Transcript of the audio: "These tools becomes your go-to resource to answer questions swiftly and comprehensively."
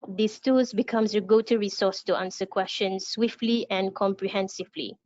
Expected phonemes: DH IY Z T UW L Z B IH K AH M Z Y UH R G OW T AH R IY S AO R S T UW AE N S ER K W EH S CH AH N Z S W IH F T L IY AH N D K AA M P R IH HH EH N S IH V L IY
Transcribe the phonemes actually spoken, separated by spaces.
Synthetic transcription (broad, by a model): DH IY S T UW Z B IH K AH M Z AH G OW T AH R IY S AO S T UW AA N S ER K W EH S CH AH N S W IH F T L IY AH N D K AA M P R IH HH EH N S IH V L IY